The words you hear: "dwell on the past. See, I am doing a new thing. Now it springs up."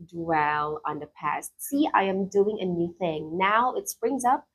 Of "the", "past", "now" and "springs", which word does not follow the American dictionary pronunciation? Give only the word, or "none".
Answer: none